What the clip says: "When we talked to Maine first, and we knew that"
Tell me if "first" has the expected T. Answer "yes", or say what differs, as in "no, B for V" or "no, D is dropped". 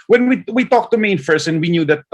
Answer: no, T is dropped